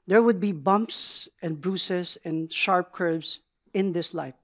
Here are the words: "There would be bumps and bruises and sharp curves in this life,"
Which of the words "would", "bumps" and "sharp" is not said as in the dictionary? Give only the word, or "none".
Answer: none